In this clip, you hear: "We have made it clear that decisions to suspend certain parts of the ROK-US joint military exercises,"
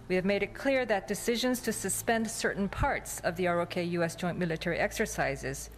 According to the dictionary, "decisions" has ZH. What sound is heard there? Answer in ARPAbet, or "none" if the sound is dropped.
ZH